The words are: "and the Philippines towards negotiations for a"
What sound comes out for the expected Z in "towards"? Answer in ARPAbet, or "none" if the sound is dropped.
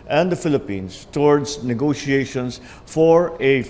S